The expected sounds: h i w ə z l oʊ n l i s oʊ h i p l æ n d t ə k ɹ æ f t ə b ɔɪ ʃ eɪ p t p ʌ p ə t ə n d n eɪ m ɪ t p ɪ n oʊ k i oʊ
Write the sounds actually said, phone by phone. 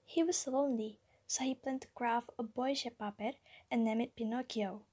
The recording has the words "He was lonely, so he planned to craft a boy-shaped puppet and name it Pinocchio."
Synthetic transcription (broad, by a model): h i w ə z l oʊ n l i s oʊ h i p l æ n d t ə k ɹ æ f ə b ɔɪ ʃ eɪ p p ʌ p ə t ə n n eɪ m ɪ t p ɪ n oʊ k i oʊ